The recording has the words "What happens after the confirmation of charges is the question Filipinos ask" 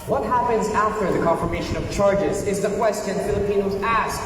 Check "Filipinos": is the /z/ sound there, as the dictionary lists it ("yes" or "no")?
yes